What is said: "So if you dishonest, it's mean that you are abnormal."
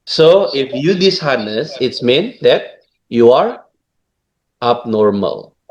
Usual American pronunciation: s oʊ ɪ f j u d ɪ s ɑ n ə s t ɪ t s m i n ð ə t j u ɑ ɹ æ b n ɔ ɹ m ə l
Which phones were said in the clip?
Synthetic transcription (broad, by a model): s oʊ ɪ f j u d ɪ s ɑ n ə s ɪ t s m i n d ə t j u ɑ ɹ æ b n ɔ ɹ m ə l